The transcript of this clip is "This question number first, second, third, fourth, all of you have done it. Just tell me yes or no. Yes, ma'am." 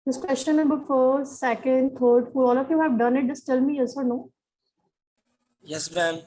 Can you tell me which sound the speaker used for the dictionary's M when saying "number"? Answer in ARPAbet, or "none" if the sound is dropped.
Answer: none